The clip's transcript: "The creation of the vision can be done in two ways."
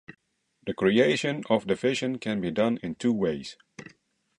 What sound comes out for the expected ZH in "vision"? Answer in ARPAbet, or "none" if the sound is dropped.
SH